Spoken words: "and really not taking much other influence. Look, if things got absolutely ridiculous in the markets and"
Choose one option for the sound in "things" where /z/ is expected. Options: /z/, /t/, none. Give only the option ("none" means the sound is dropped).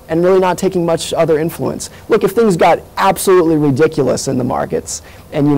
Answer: /z/